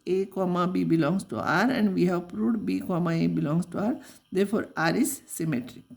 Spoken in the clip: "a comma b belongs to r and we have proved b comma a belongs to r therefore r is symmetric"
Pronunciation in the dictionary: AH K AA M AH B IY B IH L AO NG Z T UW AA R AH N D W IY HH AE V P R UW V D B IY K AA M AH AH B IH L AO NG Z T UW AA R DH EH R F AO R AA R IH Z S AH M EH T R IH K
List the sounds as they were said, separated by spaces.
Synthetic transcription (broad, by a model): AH K AA M AH B IY B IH L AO NG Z T UW AA R AH N D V IY HH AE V P R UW D B IY K AA M AH AH B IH L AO NG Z T UW AA R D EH R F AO R AA R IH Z S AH M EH T R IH